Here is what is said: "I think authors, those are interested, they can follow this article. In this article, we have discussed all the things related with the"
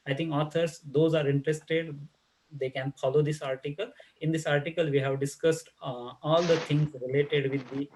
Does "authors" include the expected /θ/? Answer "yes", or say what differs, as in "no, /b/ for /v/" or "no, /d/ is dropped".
no, /t/ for /θ/